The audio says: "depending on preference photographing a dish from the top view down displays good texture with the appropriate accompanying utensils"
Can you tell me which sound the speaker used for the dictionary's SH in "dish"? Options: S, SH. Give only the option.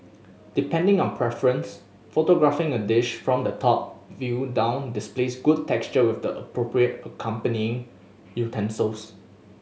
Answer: SH